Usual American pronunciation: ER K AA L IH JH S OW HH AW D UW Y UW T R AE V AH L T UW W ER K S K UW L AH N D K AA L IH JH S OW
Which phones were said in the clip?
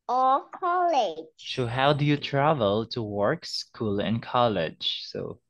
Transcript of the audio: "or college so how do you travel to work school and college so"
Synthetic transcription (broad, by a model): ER K AA L IH JH S OW HH AW D UW Y UW T R AE V AH L T UW W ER K S K UW L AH N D K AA L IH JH S OW